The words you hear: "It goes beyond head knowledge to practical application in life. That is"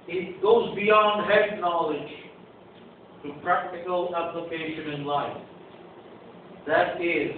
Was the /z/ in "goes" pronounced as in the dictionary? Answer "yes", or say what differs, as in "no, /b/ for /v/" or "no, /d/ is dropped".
yes